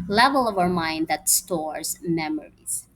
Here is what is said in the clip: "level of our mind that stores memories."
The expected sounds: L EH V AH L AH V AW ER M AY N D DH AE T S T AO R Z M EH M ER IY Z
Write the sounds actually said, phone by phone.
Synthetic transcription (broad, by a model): L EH V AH L AH V AW ER M AY N D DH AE T S T AO R Z M EH M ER IY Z